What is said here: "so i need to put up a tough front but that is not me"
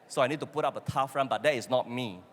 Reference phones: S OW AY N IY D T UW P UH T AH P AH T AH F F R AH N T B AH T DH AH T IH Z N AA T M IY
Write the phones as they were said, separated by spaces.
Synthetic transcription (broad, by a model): S OW AY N IY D T UW P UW T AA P AH T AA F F R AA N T B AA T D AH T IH S N AA T M IY